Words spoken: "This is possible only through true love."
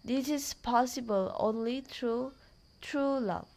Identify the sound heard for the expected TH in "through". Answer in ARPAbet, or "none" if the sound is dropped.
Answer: T